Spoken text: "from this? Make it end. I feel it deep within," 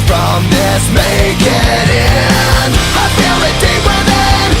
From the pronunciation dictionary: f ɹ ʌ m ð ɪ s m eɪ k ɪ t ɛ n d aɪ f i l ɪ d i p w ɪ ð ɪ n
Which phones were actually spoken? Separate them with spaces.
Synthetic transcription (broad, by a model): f ɹ ʌ m ð ɪ s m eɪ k ɪ t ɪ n aɪ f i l ɪ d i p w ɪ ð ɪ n